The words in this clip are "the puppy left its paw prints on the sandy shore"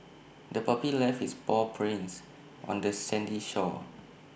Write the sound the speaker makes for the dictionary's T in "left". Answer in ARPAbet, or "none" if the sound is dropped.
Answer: none